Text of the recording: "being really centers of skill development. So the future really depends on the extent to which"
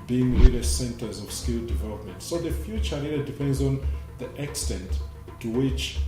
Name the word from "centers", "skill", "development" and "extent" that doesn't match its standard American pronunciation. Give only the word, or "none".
none